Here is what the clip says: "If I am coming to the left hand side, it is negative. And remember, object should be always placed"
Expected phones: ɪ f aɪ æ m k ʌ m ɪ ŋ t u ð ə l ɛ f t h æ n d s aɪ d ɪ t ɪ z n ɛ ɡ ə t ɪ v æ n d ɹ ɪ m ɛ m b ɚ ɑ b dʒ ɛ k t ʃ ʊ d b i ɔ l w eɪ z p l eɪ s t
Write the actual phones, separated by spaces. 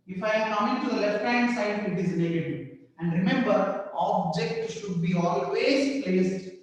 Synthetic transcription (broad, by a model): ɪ f aɪ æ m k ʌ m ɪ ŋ t u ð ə l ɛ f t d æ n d s aɪ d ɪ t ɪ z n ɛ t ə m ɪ æ n d ɹ ɪ m ɛ m b ɚ ɑ b dʒ ɛ k t ʃ ʊ d b i ɔ l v eɪ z p l eɪ s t